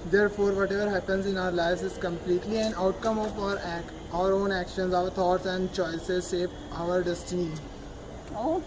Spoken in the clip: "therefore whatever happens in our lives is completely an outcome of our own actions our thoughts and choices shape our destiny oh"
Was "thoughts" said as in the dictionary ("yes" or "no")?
no